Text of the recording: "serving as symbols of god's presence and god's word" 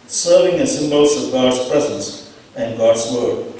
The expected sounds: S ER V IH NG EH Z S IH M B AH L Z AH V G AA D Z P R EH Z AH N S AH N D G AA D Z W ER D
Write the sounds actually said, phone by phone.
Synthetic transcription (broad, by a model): S ER V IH NG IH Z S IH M B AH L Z AH V G AA D Z P R EH Z AH N S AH N G AA D Z W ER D